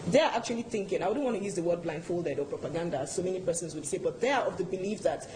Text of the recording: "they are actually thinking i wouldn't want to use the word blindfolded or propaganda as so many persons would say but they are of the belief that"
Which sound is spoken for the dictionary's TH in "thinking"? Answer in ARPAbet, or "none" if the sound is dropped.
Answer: TH